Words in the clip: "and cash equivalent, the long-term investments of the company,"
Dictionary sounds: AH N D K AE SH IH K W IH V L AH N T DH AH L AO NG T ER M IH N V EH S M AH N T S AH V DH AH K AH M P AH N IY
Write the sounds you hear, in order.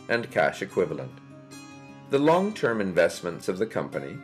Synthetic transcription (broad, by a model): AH N K AE SH IH K W IH V L AH N T DH AH L AO NG T ER M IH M V EH S M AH N T S AH V DH AH K AH M P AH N IY